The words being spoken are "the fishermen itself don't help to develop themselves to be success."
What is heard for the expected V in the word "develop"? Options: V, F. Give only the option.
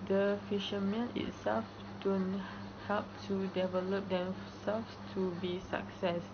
V